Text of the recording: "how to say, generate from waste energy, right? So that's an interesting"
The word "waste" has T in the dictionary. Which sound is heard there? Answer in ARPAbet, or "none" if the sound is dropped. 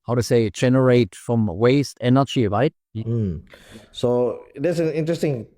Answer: T